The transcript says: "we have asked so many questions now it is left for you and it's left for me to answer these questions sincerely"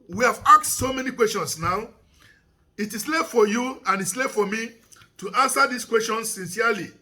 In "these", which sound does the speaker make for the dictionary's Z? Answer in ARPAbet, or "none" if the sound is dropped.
S